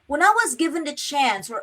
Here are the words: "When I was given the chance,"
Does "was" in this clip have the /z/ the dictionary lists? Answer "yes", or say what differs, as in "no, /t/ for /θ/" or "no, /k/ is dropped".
yes